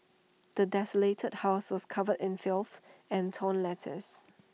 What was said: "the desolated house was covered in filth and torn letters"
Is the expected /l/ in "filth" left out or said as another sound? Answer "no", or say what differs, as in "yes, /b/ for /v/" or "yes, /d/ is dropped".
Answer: no